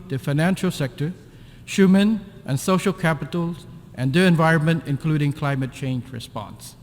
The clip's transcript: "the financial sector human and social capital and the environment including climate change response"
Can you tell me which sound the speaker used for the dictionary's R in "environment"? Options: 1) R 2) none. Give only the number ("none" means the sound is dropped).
1